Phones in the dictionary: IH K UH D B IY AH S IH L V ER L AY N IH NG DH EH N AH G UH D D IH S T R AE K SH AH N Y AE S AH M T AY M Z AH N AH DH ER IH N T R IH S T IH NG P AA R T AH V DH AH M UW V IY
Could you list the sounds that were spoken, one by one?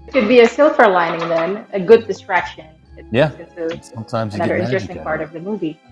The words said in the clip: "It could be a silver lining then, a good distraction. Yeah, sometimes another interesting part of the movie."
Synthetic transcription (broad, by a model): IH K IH D B IY AH S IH L F ER L AY N IH NG DH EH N AH G UH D D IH S T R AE K SH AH N Y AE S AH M T AY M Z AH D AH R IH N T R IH S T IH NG P AA R T AH V DH AH M UW V IY